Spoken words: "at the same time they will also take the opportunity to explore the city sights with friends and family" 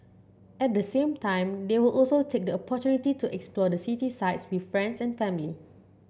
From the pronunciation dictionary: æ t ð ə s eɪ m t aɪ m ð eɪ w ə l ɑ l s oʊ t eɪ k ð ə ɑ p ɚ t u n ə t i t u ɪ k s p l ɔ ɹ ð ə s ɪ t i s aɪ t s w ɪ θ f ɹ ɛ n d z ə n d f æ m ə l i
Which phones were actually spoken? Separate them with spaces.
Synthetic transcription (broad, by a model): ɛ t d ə s eɪ m t aɪ m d eɪ w ə l ɑ l s oʊ t eɪ k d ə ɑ p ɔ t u n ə t i t u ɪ k s p l ɔ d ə s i t i s aɪ t s w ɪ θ f ɹ ɛ n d s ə n f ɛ m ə l i